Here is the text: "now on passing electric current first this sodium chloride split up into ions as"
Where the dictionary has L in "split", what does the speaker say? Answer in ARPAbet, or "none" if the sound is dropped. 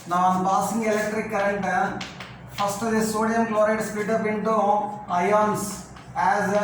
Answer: none